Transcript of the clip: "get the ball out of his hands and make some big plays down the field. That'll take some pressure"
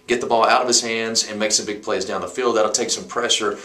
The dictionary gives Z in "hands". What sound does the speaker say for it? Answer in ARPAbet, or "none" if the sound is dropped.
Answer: Z